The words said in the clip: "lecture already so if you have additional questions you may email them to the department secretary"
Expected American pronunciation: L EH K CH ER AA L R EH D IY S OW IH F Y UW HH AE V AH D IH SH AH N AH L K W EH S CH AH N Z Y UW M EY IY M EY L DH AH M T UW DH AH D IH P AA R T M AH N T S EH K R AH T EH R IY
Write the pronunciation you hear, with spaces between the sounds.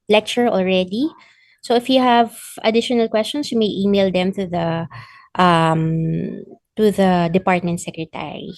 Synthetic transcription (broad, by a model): L EH K CH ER AA L R EH D IY S OW IH F Y UW HH AE V AH D IH SH AH N AH L K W EH S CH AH N S Y UW M EY IY M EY L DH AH M T UW DH AH D IH P AA R T M AH N T S EH K R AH T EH R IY